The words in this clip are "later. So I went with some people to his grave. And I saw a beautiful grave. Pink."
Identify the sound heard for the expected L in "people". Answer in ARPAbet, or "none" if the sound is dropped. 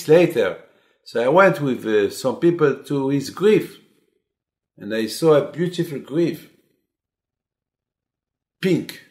L